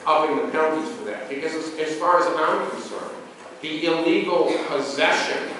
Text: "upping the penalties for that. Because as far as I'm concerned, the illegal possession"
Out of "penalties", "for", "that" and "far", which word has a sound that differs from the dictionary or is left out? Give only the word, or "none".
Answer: penalties